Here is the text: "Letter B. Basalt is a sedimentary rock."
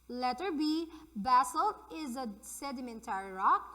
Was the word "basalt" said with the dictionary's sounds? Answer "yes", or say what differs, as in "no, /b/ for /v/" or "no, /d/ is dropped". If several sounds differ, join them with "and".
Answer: no, /t/ is dropped